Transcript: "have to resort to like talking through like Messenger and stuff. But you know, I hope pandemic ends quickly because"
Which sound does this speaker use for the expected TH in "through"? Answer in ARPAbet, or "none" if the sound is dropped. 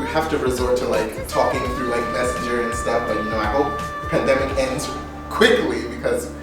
TH